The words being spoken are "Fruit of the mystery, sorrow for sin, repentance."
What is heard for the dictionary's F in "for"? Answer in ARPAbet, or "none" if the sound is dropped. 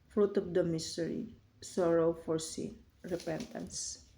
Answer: F